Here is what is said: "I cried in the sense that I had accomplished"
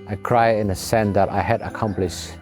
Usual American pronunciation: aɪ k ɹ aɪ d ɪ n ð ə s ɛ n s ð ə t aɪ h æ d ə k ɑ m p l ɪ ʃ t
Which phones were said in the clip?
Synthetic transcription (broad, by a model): aɪ k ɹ aɪ ɪ n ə s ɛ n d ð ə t aɪ h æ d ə k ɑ m p l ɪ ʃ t